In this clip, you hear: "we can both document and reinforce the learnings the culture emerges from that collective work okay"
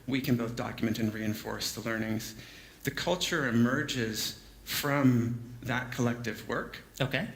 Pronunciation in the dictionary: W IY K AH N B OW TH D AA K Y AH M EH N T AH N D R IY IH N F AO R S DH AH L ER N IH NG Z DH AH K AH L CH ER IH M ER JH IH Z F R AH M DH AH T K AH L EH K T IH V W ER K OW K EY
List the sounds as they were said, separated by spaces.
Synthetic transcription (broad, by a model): W IY K AH N B OW TH D AA K Y AH M EH N T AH N R IY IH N F AO R S DH AH L ER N IH NG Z DH AH K AH L CH ER IH M ER JH IH Z F R AH M DH AH T K AH L EH K T IH V W ER K OW K EY